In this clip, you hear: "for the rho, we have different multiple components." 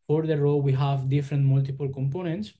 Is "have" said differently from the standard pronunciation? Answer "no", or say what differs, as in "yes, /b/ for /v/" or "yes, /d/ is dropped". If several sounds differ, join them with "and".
no